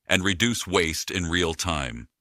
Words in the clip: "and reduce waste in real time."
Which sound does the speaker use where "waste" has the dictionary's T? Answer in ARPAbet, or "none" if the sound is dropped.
T